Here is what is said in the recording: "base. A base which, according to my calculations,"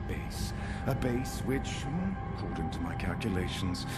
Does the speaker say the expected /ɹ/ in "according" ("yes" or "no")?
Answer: no